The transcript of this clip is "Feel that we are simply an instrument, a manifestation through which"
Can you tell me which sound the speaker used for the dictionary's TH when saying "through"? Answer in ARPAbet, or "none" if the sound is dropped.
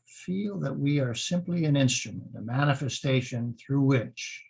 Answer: TH